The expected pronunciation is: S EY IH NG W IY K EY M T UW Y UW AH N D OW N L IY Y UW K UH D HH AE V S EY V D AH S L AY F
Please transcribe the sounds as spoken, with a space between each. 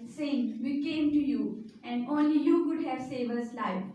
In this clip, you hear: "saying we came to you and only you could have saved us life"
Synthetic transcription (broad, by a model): S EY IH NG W IY K EY M T UW Y UW AH N D OW N L IY Y UW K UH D HH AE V S EY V AH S L AY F